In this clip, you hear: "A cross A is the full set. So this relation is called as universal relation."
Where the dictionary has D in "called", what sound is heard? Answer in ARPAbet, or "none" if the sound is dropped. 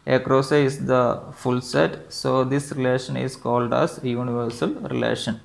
D